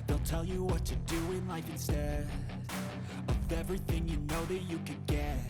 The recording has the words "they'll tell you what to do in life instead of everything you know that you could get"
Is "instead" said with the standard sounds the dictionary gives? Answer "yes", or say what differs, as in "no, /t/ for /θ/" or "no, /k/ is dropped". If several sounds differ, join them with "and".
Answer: no, /d/ is dropped